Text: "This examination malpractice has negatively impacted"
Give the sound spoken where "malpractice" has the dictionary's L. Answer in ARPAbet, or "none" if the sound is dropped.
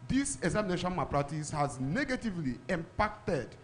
none